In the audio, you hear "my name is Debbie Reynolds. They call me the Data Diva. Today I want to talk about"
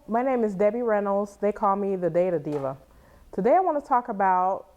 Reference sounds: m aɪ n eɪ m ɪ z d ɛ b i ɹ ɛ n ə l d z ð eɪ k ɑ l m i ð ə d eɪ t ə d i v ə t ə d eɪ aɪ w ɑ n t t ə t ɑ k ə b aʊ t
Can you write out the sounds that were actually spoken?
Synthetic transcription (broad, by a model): m aɪ n eɪ m ɪ z d ɛ b i ɹ ɛ n l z ð eɪ k ɑ l m i ð ə d eɪ t ə d i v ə t ə d eɪ aɪ w ɑ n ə t ɑ k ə b aʊ t